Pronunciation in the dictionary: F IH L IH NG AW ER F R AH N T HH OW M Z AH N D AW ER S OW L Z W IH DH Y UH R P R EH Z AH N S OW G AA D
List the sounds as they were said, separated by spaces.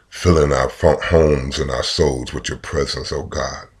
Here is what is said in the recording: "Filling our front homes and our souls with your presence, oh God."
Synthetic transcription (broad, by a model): F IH L IH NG AW ER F AH HH OW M Z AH N AW ER S OW L Z W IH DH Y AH R P R EH Z AH N S OW G AA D